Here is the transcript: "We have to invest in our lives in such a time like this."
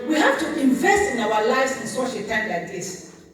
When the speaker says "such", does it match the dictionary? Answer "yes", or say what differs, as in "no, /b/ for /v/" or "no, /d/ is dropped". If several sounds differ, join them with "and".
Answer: no, /ʃ/ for /tʃ/